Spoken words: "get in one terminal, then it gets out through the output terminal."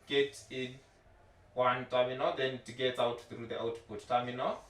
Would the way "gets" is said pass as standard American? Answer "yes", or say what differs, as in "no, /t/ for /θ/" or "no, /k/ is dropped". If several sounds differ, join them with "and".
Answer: no, /s/ is dropped